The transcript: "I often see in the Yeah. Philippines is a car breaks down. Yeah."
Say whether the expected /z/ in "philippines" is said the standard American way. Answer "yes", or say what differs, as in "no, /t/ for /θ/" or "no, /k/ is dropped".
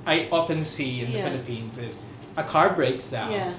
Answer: yes